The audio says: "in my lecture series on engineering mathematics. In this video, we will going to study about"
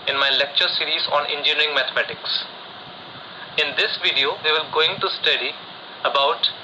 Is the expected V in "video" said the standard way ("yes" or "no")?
yes